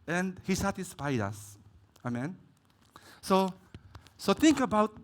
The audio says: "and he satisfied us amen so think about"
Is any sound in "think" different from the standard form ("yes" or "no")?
yes